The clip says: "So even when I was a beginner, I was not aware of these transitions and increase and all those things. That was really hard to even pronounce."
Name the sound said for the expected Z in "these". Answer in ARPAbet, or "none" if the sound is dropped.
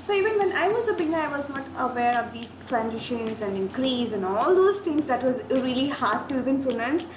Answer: none